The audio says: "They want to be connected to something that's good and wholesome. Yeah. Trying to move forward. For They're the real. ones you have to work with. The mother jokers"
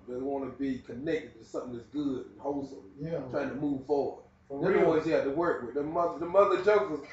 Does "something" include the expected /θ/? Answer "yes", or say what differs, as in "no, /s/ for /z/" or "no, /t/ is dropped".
yes